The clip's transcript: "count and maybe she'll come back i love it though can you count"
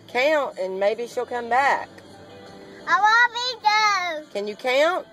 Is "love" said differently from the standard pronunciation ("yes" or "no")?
yes